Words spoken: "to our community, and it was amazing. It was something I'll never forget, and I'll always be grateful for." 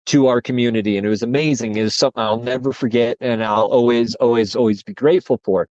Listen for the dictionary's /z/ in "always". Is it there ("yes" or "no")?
yes